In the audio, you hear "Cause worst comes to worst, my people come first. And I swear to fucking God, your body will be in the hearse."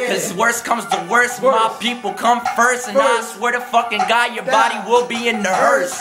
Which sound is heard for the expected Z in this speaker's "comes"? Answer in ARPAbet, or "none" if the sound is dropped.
Z